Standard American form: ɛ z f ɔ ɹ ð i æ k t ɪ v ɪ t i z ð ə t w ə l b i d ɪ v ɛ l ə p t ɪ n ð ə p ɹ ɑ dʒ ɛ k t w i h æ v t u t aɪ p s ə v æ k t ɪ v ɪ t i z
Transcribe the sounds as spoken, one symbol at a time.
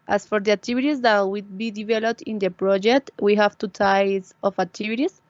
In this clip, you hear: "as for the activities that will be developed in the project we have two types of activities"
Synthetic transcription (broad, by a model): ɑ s f ɔ ɹ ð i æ k t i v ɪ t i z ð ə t w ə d b i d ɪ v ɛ l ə p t ɪ n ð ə p ɹ ɑ dʒ ɛ k t w i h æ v t u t aɪ s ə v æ k t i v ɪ t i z